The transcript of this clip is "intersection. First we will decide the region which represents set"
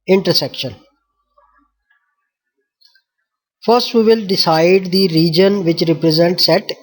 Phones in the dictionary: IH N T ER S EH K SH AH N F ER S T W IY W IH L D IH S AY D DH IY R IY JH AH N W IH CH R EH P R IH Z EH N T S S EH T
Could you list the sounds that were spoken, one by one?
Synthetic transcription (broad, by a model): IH N T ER S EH K SH AH N F ER S T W IY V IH L D IH S AY D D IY R IY JH AH N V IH CH R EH P R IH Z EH N T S S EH T